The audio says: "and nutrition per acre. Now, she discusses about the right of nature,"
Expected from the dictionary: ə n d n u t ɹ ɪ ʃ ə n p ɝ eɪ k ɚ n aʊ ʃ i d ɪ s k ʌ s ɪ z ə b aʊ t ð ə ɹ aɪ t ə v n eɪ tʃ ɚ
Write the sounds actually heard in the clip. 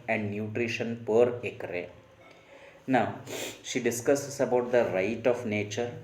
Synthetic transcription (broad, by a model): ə n d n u t ɹ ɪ ʃ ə n p ɝ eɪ k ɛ n aʊ ʃ i d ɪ s k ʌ s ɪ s ə b aʊ t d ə ɹ aɪ t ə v n eɪ tʃ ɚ